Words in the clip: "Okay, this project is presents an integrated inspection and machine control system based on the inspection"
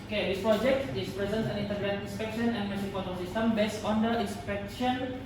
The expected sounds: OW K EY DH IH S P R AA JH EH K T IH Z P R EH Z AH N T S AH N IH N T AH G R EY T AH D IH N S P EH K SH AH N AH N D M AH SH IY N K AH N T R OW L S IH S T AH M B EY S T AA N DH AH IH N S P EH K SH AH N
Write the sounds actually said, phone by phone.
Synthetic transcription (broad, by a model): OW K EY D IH S P R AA JH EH K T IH S P R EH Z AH N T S AH N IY N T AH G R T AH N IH N S P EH K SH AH N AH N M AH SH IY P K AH T OW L S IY S T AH M B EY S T AA N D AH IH N S P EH K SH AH N